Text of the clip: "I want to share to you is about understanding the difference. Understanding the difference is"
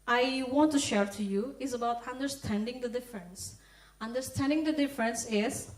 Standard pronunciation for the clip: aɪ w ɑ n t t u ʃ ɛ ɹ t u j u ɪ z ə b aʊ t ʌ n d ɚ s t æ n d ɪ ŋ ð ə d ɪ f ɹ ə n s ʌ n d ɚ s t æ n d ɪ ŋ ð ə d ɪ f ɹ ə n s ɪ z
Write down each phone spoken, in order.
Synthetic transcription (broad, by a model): aɪ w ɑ n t t u ʃ ɛ ɹ t u j u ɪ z ə b aʊ t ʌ n d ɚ s t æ n d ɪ ŋ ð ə d ɪ f ɹ ə n s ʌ n d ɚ s t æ n d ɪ ŋ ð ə d ɪ f ɹ ə n s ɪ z